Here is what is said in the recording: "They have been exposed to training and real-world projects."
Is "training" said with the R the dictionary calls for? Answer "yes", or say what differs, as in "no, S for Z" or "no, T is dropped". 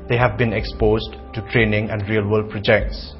yes